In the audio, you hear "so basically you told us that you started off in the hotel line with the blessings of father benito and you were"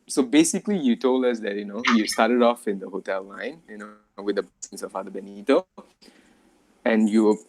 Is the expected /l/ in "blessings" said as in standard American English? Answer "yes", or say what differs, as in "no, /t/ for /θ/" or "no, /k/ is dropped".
no, /l/ is dropped